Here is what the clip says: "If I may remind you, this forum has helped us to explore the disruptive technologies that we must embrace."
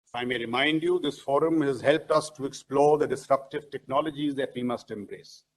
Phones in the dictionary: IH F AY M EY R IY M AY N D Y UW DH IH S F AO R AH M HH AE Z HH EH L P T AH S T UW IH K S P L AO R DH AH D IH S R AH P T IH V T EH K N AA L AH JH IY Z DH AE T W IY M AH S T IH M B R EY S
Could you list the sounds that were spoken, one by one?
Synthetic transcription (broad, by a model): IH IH M EY R IY M AY N D Y UW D IH S F AO R AH M HH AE Z HH EH L P T AH S T UW IH K S P L AO R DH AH D IH S R AH P T IH V T EH K N AA L AH JH IY Z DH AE T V IY M AH S T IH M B R EY S